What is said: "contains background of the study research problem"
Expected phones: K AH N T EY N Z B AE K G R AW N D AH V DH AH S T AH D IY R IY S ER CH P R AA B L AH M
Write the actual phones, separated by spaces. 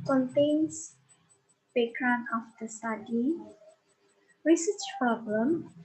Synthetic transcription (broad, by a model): K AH N T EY N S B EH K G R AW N AH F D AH S T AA D IY R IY S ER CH P R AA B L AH M